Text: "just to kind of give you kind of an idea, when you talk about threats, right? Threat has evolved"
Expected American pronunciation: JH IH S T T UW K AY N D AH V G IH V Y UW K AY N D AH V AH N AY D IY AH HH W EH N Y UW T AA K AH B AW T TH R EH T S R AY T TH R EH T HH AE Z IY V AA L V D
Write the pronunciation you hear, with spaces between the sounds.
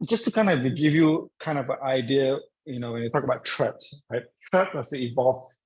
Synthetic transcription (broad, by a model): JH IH S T T UW K AY N D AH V G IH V Y UW K AY N D AH V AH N AY D IY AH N W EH N Y UW T AA K AH B AW T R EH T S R AY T T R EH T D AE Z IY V AA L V